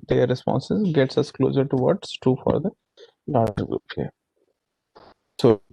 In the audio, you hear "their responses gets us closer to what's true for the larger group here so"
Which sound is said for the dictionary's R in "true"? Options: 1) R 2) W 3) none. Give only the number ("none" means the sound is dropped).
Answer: 3